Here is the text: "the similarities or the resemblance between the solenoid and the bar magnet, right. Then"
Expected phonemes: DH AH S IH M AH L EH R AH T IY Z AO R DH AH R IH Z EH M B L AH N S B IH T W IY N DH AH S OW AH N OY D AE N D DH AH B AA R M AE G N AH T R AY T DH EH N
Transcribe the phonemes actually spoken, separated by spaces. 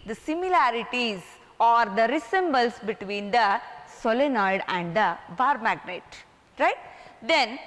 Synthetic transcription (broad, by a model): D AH S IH M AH L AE R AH T IY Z AO R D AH R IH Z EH M B AH L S B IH T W IY N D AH S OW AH N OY D AE N D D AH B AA R M AE G N AH T R AY T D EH N